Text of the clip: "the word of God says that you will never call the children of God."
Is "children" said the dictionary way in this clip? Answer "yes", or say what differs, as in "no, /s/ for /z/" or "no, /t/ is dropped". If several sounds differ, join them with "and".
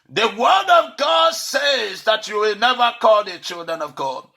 yes